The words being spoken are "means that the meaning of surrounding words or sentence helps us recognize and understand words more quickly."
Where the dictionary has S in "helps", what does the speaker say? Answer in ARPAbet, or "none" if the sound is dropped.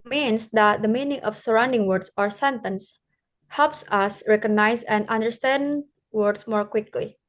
S